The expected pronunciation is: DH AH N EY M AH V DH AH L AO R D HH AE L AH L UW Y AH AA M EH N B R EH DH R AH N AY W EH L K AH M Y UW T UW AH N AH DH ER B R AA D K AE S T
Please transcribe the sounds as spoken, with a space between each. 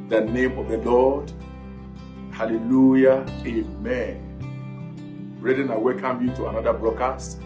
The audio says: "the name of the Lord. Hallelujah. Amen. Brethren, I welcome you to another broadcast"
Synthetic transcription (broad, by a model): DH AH N EY M AH V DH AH L AO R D HH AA L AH L UW Y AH AA M EH N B R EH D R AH N AY W EH L K AH M Y UW T UW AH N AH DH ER B R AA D K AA S T